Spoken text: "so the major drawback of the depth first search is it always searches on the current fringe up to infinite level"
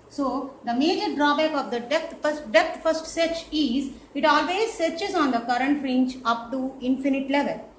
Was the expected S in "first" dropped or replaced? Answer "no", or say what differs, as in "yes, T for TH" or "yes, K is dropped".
no